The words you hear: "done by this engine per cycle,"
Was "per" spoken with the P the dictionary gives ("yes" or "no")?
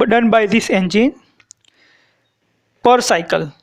yes